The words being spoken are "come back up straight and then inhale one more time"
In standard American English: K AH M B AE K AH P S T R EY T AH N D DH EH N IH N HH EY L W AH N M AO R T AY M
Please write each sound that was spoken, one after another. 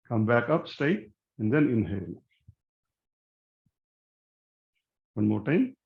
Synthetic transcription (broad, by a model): K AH M B AE K AH P S T EY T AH N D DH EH N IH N HH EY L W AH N M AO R T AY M